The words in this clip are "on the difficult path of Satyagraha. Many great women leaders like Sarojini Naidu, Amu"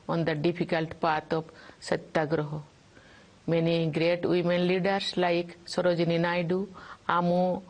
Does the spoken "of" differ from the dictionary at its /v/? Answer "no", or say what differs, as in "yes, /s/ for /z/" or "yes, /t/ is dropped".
yes, /p/ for /v/